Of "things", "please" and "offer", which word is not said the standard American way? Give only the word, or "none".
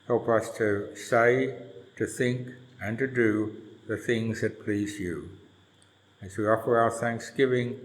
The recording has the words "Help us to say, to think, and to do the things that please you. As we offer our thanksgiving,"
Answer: none